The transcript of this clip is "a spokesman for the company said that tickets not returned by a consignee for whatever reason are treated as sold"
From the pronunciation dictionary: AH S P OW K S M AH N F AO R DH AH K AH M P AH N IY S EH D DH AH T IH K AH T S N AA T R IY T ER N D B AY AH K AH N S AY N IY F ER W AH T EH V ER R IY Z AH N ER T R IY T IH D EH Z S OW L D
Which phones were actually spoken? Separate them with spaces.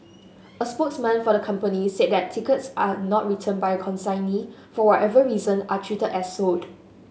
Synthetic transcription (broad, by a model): AH S P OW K S M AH N F AO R AH K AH M P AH N IY S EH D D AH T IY K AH T S N AA T R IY T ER N B AY AH K AH N S AY N IY F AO W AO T EH V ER R IY Z AH N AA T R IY T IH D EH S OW D